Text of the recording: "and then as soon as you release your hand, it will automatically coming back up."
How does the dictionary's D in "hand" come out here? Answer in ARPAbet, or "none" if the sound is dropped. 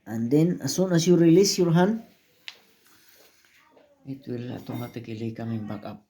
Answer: none